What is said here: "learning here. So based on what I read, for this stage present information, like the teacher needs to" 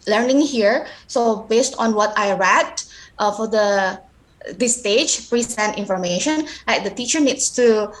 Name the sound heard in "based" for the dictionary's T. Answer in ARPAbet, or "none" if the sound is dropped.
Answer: T